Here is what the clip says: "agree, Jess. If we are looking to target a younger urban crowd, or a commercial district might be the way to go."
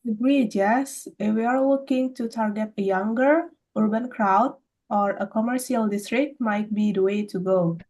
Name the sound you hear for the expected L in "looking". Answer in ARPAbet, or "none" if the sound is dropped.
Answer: W